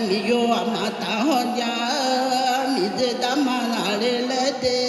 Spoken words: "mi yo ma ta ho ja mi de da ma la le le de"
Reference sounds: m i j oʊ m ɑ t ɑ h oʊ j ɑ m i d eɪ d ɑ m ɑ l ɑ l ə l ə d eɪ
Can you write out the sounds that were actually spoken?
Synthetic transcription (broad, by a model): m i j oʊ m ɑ t ɑ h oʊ j ɑ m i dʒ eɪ d ɑ m ɑ n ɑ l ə l ə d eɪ